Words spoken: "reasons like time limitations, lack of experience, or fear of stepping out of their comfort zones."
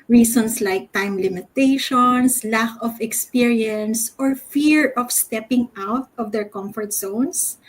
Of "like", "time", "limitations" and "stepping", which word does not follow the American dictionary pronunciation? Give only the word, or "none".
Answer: limitations